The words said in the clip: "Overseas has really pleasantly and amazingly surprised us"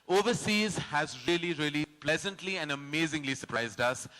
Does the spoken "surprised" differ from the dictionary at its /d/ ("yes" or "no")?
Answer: no